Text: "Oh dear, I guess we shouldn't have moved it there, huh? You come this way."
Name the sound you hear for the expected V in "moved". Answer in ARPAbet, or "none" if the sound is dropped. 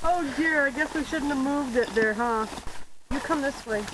V